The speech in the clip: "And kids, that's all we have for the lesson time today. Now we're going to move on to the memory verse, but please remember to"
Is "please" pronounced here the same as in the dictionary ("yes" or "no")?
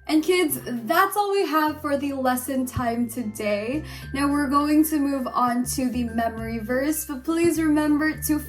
yes